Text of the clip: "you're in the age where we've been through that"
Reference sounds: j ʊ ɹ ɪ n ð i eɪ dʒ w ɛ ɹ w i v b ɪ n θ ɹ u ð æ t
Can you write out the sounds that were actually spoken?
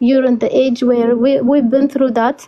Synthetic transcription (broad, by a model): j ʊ ɹ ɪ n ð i eɪ dʒ w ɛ ɹ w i w b ɪ n θ ɹ u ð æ t